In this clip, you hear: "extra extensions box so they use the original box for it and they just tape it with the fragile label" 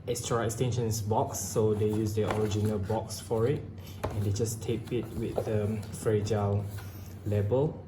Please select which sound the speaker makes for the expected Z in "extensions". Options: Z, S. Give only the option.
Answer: S